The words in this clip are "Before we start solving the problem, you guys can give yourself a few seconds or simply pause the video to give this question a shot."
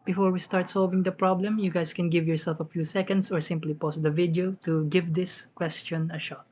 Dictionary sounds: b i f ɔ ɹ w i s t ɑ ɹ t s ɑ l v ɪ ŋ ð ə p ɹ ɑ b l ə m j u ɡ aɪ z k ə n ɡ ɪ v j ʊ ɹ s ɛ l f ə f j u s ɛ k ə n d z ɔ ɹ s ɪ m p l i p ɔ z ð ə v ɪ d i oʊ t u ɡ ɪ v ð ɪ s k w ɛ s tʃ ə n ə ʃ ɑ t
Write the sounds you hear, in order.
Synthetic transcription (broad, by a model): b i f ɔ ɹ w i s t ɑ ɹ t s ɑ l v ɪ ŋ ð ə p ɹ ɑ b l ə m j u ɡ aɪ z k ə n ɡ ɪ v j ʊ ɹ s ɛ l f ə f j u s ɛ k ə n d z ɔ ɹ s ɪ m p l i p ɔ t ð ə v ɪ d i oʊ t u ɡ ɪ v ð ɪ s k w ɛ s tʃ ə n ə ʃ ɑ t